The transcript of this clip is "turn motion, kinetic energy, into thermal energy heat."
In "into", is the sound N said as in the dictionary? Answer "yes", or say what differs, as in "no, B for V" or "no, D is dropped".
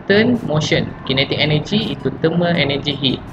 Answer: no, N is dropped